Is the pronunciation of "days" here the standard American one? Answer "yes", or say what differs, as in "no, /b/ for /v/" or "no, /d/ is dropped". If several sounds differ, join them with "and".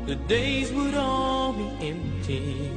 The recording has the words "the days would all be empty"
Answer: yes